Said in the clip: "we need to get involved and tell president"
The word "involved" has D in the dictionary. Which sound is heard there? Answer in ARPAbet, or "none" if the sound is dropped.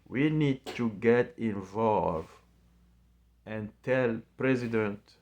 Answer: none